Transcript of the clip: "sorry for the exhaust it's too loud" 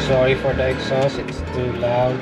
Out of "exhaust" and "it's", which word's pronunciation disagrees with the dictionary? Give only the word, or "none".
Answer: exhaust